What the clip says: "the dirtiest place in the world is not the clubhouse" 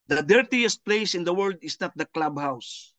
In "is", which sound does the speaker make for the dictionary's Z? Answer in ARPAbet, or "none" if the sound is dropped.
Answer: S